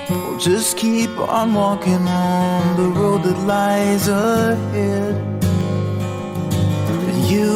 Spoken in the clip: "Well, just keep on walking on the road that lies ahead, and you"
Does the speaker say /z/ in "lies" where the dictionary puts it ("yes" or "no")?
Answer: yes